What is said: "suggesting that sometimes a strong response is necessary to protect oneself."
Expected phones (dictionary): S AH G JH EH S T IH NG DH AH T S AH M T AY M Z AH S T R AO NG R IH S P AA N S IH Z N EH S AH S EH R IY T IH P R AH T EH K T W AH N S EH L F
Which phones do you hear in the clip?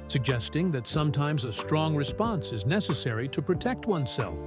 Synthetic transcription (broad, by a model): S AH G JH EH S T IH NG DH AH T S AH M T AY M Z AH S T R AO NG R IH S P AA N S IH Z N EH S AH S EH R IY T IH P R AH T EH K T W AH N S EH L F